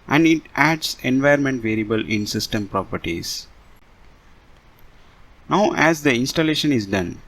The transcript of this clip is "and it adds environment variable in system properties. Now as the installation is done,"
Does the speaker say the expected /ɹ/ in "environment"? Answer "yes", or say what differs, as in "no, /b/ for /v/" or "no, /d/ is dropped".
no, /ɹ/ is dropped